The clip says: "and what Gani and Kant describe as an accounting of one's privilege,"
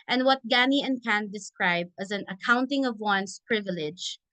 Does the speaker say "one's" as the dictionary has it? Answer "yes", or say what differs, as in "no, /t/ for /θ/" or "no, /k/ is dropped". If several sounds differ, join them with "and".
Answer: no, /s/ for /z/